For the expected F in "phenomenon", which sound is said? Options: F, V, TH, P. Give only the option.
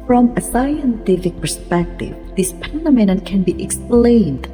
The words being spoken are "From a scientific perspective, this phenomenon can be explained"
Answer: P